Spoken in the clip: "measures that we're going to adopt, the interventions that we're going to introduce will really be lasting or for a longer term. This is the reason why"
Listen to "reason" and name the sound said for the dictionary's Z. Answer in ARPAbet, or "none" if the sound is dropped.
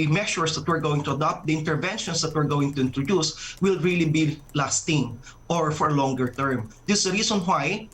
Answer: S